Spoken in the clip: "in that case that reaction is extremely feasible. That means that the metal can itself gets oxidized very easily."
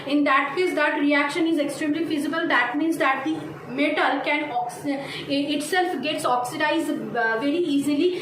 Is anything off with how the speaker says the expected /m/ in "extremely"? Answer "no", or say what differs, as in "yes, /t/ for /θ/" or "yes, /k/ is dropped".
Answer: no